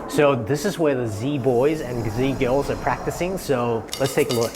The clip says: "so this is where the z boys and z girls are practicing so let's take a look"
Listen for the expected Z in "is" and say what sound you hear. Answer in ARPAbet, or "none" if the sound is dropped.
Z